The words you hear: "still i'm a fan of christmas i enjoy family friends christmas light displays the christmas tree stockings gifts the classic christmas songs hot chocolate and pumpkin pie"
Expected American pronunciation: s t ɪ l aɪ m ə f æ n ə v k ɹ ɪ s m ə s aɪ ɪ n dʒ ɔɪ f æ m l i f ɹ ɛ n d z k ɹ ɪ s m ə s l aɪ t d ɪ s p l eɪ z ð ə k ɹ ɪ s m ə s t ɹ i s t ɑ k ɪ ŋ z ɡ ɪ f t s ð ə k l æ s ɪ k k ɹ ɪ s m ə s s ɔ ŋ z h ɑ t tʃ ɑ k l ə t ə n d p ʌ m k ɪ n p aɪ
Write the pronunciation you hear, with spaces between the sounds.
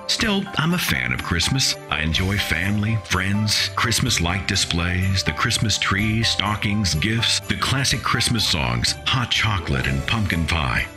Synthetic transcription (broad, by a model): s t ɪ l aɪ m ə f æ n ə v k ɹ ɪ s m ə s aɪ ɪ n dʒ ɔɪ f æ m l i f ɹ ɛ n d z k ɹ ɪ s m ə s l aɪ t d ɪ s p l eɪ z ð ə k ɹ ɪ s m ə s t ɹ i s t ɑ k ɪ ŋ z ɡ ɪ f t s ð ə k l æ s ɪ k k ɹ ɪ s m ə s s ɔ ŋ z h ɑ t tʃ ɑ k l ə t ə n p ʌ m k ɪ n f aɪ